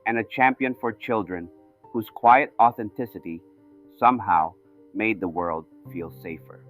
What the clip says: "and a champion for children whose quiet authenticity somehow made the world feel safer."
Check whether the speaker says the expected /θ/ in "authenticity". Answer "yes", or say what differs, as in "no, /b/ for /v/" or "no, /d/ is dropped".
yes